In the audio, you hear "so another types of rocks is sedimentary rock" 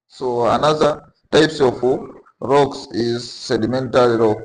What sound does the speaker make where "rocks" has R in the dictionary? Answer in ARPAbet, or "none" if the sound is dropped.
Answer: R